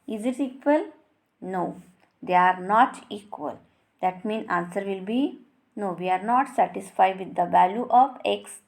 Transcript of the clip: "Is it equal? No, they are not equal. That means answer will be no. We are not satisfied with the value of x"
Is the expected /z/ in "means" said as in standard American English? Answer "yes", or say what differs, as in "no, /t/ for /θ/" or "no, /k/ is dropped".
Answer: no, /z/ is dropped